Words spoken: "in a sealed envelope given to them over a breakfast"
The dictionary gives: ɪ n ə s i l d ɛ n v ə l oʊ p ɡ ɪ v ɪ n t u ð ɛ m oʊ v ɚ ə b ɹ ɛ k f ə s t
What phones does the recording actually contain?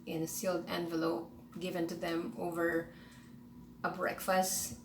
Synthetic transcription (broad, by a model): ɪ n ə s i l d ɛ n v ə l oʊ p ɡ ɪ v ɪ n t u ð ɛ m oʊ v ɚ ə b ɹ ɛ k f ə s t